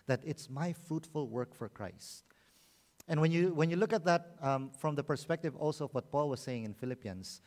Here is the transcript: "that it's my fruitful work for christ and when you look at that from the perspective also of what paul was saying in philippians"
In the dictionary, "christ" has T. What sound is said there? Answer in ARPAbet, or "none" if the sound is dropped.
T